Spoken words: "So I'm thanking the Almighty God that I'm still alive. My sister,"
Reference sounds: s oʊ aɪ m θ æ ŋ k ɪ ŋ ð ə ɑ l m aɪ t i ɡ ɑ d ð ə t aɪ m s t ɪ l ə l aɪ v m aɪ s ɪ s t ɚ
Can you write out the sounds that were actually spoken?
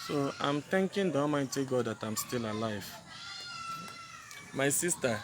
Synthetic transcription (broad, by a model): s oʊ aɪ m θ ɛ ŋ k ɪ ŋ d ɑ m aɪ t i ɡ ɑ d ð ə t aɪ m s t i l ə l aɪ v m aɪ s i s t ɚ